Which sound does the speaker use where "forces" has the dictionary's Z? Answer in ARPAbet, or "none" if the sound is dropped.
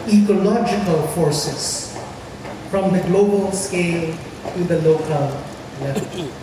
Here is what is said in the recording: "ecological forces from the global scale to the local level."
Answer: S